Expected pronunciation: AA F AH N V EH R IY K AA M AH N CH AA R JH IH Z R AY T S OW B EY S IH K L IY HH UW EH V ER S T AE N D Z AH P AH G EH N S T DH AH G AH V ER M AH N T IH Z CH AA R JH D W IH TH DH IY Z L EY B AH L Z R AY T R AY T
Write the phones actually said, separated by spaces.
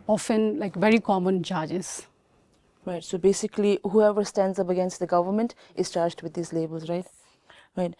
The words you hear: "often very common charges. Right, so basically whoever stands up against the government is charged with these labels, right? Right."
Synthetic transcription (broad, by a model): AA F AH N V EH R IY K AA M AH N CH AA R JH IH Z R AY T S OW B EY S IH K L IY HH UW EH V ER S T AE N D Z AH P AH G EH N S T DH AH G AH V ER M AH N T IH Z CH AA R JH D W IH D IY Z L EY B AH L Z R AY T R AY T